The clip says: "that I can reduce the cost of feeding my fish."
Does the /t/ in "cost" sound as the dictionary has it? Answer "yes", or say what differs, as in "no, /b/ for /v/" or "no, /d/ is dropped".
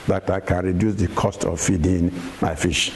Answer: yes